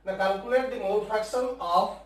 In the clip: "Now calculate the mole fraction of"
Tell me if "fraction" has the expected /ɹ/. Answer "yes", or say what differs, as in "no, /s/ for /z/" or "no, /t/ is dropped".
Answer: no, /ɹ/ is dropped